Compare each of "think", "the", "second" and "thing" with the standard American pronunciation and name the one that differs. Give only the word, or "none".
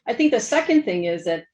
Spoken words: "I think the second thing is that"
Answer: none